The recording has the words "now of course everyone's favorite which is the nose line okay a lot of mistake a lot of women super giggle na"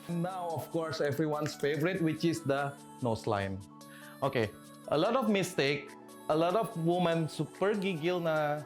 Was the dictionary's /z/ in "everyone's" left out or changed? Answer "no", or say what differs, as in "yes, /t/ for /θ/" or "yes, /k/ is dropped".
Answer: yes, /s/ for /z/